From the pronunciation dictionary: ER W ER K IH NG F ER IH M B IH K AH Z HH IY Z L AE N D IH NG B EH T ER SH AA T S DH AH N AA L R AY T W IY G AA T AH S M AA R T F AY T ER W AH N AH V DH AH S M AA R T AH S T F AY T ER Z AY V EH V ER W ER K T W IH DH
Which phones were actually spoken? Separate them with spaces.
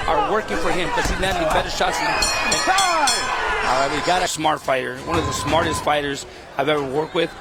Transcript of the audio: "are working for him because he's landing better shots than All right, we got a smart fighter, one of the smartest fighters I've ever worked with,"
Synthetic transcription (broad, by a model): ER W ER K IH NG F ER IH M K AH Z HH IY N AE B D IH B EH T ER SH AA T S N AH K AA L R AY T W IY G AA T AH S M AA R T F AY T ER W AH N AH V DH AH S M AA R T AH S T F AY T ER Z AY V EH V ER W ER K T W IH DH